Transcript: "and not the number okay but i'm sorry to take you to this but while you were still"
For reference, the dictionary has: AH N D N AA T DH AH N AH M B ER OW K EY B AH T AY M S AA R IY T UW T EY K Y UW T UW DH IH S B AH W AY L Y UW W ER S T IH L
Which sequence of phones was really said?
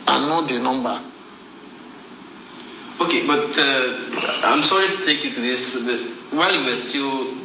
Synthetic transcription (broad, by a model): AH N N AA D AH N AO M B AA OW K EY B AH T AY M S AA R IY T UW T EY K Y UW T UW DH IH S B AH W AY L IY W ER S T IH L